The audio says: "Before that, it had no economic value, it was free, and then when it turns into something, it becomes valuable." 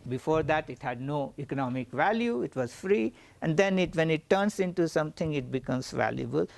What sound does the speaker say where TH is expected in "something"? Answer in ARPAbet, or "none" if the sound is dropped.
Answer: T